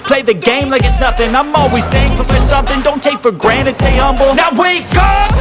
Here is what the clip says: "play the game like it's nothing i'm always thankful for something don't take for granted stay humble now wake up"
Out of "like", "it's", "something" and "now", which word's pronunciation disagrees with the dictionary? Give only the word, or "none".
none